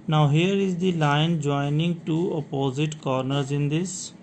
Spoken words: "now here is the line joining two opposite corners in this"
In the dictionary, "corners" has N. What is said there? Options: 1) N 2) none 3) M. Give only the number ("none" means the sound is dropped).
1